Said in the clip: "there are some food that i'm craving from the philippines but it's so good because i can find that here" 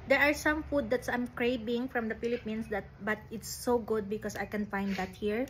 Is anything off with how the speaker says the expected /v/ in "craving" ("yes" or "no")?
yes